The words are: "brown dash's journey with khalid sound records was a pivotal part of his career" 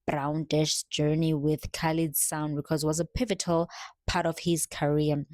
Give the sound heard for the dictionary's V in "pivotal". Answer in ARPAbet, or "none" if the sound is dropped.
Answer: V